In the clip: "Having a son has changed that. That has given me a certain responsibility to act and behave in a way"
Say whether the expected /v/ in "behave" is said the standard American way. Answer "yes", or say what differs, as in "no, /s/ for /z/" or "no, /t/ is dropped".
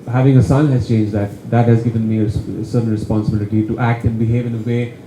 yes